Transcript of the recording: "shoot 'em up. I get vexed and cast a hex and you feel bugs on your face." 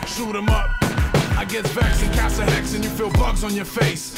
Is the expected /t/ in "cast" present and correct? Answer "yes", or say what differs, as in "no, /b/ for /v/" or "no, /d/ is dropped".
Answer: no, /t/ is dropped